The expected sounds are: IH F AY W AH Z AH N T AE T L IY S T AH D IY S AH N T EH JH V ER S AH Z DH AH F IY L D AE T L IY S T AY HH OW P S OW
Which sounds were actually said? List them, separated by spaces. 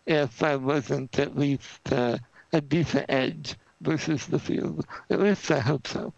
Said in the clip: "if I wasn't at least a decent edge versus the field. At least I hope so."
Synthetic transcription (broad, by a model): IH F AY W AH Z AH N T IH T L IY S T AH D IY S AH N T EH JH V ER S AH Z DH AH F IY L D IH T L IY S T AY HH OW P S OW